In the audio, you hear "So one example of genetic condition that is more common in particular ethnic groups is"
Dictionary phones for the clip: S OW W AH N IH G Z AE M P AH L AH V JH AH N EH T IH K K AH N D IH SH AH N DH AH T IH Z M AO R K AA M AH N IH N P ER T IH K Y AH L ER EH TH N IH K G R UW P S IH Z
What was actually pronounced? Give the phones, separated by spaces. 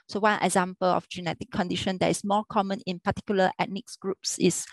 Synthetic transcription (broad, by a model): S OW W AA N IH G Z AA M P AH L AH F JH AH N EH T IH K K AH N D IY SH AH N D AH T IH S M AO K AA M AH N IH N P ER T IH K Y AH L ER EH T N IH K G R UW P S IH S